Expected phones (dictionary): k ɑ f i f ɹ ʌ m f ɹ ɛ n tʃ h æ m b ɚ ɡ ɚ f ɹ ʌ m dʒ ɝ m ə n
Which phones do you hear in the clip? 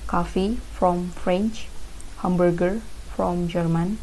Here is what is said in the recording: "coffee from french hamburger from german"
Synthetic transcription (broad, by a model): k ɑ f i f ɹ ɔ m f ɹ ɛ n tʃ h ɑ m b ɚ ɡ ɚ f ɹ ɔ m dʒ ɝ m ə n